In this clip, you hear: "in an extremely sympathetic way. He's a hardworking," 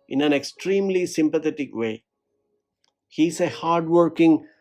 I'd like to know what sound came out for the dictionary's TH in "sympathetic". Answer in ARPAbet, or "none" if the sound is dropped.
T